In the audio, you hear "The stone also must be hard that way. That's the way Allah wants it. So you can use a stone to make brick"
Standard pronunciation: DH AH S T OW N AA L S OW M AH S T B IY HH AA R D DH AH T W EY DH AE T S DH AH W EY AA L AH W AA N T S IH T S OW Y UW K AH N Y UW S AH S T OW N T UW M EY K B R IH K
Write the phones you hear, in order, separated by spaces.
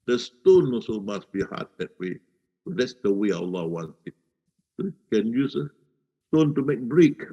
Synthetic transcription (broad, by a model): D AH S T OW N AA S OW M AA S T B IY HH AA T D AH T W EY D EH T S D AH W EY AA L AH W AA N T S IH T S OW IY K AH N Y UW S AH S T OW N T UW M EY K B R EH K